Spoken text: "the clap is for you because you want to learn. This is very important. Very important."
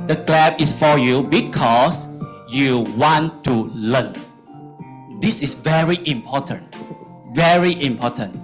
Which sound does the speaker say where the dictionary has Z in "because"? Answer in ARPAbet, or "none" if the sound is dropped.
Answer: S